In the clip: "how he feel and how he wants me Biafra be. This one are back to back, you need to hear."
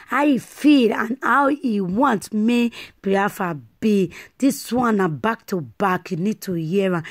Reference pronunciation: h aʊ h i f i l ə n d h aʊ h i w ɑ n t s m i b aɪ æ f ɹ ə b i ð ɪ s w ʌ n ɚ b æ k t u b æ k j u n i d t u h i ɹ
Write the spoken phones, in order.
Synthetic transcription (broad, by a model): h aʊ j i f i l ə n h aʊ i w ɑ n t m i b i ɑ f ə b i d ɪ s w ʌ n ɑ b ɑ k t u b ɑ k j u n i d t u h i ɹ